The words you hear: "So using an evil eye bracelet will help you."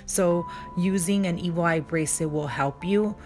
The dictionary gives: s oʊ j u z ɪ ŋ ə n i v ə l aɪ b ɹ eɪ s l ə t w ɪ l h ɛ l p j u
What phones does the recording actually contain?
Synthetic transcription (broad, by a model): s oʊ j u z ɪ ŋ ə n i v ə l aɪ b ɹ eɪ s ə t w ɪ l h ɛ l p j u